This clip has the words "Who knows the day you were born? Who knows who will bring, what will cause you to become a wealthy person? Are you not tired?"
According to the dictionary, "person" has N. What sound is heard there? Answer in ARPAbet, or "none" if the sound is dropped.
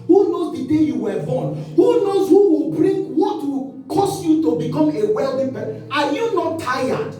none